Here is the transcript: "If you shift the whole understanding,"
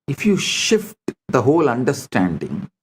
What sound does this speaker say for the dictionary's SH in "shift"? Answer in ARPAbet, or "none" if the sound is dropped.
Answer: SH